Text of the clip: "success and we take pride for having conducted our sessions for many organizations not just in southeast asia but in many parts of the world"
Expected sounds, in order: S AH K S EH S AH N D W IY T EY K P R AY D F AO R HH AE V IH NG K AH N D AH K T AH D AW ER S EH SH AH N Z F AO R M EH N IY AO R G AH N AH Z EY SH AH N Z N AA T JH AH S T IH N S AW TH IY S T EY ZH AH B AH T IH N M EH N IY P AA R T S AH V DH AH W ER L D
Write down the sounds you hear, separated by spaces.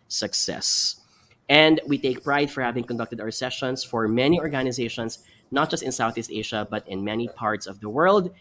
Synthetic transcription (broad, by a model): S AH K S EH S AH N D W IY T EY K P R AY D F AO R HH AE V IH NG K AH N D AH K T AH D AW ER S EH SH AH N S F AO R M EH N IY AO R G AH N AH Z EY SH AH N S N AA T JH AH S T IH N S AW TH IY S T EY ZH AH B AH T IH N M EH N IY P AA R T S AH V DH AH W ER L D